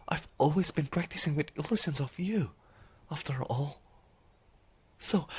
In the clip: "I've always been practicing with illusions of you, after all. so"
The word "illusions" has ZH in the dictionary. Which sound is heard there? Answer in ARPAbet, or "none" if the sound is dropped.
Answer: S